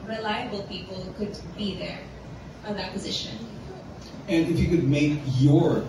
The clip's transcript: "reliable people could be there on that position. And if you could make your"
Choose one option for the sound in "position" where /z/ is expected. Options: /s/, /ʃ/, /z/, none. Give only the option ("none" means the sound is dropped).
/z/